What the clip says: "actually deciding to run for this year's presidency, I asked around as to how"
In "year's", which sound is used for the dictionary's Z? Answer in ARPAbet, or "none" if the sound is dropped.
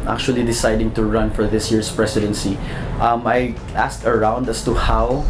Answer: S